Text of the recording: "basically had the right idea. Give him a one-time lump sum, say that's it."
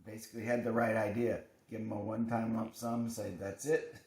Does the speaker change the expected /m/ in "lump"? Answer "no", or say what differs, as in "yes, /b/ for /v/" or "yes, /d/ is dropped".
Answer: yes, /m/ is dropped